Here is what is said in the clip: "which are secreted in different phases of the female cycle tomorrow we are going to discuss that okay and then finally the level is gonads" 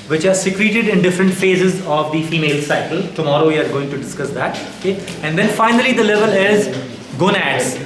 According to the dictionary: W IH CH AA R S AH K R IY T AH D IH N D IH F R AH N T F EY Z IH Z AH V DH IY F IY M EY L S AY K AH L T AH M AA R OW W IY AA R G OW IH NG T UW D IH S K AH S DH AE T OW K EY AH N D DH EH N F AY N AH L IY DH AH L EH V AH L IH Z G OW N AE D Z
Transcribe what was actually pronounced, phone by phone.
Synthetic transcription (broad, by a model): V IH CH AA R S AH K R IY T AH D IH N D IH F R AH N T F EY Z IH Z AH V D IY F IY M EY L S AY K AH L T AH M AA R OW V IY AA R G OW IH NG T UW D IH S K AH S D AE T OW K EY AH N D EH N F AY N AH L IY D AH L EH V AH L IH Z G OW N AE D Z